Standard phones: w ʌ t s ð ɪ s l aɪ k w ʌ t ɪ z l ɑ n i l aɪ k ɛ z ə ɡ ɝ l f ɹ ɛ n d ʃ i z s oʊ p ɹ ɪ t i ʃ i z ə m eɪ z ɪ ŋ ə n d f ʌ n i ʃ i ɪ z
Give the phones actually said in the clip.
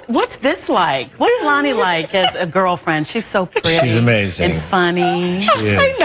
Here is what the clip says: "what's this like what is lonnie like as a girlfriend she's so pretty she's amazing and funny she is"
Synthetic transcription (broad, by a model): w ʌ t s ð ɪ s l aɪ k w ʌ t ɪ z l ɑ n i l aɪ k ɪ z ə ɡ ɝ l f ɹ ɛ n d ʃ i z s oʊ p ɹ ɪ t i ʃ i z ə m eɪ z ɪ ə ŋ f ʌ n i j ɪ